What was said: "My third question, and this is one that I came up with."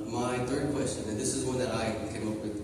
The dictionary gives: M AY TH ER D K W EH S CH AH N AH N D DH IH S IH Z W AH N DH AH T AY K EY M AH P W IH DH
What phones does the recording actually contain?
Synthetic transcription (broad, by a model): M AY TH ER D K W EH S CH AH N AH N DH IH S IH Z W AH N DH AH T AY K EY M AH P W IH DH